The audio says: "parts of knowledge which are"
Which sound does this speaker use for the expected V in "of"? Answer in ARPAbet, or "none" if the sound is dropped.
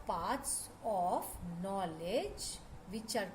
P